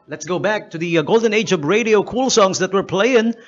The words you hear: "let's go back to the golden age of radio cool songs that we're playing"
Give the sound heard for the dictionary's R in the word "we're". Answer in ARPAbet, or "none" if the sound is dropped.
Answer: R